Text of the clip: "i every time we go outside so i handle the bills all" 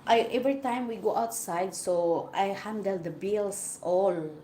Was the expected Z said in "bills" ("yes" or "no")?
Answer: no